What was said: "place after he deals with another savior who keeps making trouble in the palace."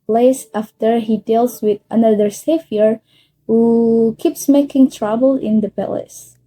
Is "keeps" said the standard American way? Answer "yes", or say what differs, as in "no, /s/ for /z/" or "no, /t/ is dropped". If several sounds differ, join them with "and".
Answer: yes